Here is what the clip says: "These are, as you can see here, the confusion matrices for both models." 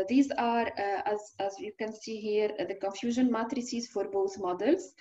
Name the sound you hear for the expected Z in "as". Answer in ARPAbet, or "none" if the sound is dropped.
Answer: Z